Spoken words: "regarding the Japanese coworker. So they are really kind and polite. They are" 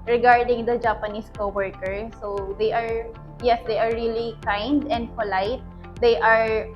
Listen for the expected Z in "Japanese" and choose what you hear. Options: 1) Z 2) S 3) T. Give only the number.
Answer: 2